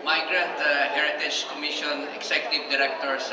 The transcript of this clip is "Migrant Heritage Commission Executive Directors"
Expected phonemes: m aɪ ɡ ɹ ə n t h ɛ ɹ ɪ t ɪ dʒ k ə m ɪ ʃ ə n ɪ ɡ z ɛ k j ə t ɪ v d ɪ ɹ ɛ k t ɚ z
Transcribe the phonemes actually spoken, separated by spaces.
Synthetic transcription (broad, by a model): m aɪ ɡ ɹ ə n t h ɛ ɹ ɪ t ɪ dʒ k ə m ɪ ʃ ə n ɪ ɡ s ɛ k j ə t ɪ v d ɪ ɹ ɛ k t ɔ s